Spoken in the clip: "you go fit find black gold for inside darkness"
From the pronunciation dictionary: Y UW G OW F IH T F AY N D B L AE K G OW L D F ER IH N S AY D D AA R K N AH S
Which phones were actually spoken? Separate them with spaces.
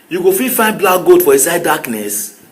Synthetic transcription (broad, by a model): Y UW G OW F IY F AY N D B L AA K G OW D F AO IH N S AY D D AA K N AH S